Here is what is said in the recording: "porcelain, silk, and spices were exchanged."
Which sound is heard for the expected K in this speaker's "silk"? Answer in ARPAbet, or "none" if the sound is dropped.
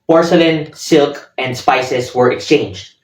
K